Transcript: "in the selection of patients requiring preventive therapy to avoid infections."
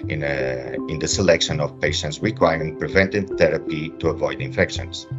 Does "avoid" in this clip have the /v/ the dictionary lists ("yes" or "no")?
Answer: yes